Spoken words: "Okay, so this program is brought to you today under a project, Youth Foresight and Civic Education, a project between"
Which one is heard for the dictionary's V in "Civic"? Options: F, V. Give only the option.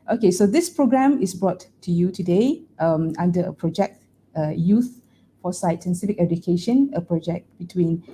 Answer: F